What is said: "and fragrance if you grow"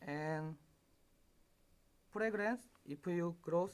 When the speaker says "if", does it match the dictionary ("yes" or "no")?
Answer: no